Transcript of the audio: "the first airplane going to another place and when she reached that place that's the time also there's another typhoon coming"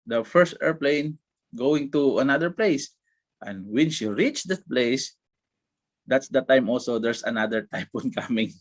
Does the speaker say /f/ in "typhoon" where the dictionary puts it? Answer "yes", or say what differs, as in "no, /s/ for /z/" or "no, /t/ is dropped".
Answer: no, /p/ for /f/